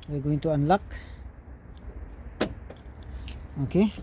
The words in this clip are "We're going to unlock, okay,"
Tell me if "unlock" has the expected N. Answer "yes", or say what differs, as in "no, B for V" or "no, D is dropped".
yes